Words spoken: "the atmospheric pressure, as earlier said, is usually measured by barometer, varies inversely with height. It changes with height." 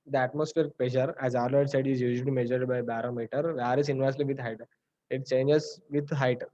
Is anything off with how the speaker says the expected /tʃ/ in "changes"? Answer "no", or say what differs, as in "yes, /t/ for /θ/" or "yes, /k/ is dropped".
no